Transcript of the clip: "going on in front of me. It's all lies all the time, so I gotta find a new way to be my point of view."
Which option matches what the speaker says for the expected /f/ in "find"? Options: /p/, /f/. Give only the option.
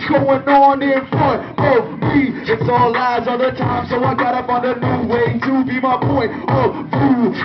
/p/